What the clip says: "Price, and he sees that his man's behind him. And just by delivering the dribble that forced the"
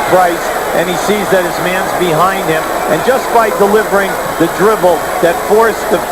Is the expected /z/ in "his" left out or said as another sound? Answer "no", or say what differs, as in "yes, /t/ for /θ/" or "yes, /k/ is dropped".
no